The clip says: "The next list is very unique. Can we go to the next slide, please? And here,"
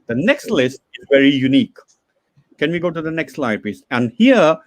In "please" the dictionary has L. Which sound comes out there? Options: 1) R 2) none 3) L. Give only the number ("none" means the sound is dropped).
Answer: 2